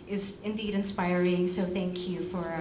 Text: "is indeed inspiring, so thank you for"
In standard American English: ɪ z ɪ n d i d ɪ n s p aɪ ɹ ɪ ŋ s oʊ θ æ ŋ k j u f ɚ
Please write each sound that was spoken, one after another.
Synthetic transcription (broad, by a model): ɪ z ɪ n d i d ɪ n s p aɪ ɹ ɪ ŋ s oʊ θ æ ŋ k j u f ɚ